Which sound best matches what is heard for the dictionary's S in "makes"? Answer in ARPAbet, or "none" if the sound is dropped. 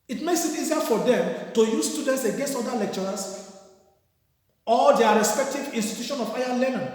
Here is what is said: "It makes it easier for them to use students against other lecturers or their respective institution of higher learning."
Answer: S